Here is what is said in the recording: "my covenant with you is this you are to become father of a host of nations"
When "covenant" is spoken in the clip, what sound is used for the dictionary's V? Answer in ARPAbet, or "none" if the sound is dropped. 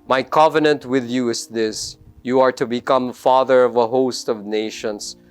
V